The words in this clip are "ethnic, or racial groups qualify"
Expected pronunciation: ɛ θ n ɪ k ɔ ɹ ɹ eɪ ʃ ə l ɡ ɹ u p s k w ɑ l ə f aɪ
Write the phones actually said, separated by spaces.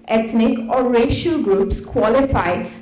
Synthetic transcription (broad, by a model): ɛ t n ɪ k ɔ ɹ ɹ eɪ ʃ ə l ɡ ɹ u p s k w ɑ l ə f aɪ